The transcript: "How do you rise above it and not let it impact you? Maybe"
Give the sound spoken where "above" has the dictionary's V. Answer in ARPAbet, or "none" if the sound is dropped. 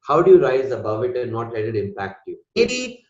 V